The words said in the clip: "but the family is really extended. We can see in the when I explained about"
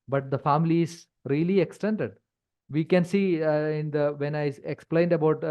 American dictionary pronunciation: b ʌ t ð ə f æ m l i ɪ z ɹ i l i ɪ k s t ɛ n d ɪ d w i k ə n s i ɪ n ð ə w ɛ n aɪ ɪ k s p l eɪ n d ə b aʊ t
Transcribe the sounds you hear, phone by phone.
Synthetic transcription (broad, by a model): b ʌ t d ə f æ m l i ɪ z ɹ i l i ɪ k s t ɛ n d ɪ d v i k ə n s i ɪ n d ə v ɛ n aɪ ɪ k s p l eɪ n d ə b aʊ t